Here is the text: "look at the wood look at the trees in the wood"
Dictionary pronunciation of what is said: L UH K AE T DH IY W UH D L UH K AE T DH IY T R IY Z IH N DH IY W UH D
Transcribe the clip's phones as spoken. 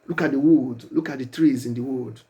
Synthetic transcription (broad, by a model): L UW K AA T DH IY W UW D L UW K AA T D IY T R IY Z IH N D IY W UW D